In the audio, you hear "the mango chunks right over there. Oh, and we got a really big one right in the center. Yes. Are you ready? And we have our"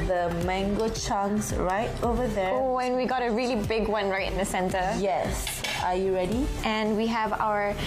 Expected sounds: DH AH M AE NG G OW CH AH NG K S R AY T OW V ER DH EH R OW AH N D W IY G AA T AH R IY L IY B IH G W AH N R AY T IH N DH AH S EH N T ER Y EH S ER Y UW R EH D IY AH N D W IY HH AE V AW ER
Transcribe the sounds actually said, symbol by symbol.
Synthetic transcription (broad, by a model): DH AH M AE NG G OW CH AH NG S R AY T OW V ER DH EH OW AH N W IY G AA T AH R IY L IY B IH G W AH N R AY T IH N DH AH S EH N T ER Y EH S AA Y UW R EH D IY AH N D W IY HH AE V AW ER